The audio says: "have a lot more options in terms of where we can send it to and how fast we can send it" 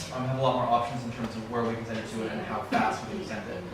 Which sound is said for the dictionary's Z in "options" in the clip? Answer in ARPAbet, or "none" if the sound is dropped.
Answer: Z